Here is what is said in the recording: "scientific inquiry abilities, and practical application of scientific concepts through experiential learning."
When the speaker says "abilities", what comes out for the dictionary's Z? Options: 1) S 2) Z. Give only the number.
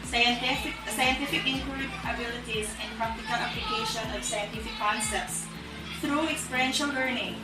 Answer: 2